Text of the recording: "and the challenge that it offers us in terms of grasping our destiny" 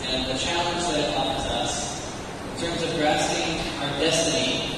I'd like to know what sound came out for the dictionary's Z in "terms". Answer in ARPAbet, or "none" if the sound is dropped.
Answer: Z